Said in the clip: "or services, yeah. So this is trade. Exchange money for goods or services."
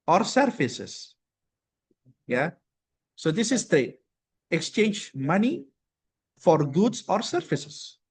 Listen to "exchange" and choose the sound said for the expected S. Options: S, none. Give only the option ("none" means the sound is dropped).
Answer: S